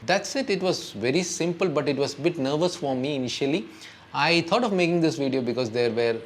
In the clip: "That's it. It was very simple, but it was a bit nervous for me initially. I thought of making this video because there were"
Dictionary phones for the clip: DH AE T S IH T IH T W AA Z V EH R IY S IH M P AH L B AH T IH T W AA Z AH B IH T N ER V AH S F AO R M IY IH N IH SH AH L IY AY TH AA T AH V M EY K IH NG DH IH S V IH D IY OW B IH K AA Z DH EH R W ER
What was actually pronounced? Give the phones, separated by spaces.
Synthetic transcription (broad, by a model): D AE T S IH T IH T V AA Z V EH R IY S IH M P AH L B AH T IH T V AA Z AH B IH T N ER V AH S F AO R M IY IH N IH SH AH L IY AY T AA T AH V M EY K IH NG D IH S V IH D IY OW B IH K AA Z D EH R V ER